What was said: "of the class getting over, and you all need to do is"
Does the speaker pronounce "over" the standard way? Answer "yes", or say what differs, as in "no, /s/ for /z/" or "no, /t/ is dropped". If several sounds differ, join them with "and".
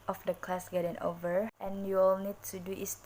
yes